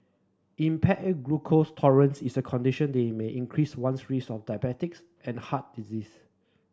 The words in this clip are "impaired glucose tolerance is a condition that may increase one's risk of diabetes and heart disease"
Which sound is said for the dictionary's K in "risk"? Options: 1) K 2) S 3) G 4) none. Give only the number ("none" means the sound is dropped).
4